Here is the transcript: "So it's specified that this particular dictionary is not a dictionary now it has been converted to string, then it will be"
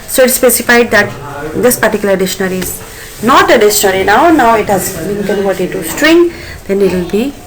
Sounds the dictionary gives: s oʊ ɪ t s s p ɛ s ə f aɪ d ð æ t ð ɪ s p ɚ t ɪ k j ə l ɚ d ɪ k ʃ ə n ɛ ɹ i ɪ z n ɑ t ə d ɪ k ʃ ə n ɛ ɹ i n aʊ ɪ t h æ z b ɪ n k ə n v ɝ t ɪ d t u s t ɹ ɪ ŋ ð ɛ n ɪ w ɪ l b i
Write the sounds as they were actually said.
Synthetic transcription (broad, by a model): s oʊ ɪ t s s p ɛ s ə f aɪ d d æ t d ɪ s p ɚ t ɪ k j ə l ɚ d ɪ ʃ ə n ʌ ɹ i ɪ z n ɑ t ə d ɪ ʃ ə n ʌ ɹ i n aʊ ɪ t h æ z b ɪ n k ə n v ɝ t ɪ d t u s t ɹ ɪ ŋ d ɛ n ɪ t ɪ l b i